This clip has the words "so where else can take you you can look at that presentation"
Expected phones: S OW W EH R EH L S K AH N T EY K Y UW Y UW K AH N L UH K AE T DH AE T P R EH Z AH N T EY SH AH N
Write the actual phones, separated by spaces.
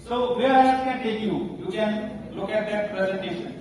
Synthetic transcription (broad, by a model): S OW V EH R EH S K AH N T EY K Y UW Y UW K AH N L UH K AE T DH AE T P R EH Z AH N T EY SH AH N